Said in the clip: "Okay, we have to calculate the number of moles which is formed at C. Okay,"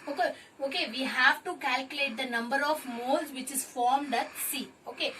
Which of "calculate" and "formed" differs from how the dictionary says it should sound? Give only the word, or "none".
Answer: none